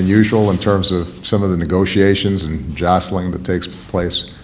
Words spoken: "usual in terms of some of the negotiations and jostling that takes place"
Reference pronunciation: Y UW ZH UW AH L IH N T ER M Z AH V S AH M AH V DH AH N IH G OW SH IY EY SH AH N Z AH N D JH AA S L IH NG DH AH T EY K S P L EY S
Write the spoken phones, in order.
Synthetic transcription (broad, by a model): Y UW ZH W L IH N T ER M Z AH V S AH M AH V DH AH N IH G OW SH IY EY SH AH N Z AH N JH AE S L IH NG DH AH T EY K S P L EY S